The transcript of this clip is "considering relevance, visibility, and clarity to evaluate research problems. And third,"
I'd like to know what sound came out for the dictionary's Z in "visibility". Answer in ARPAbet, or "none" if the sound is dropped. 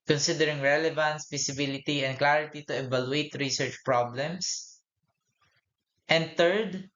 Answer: S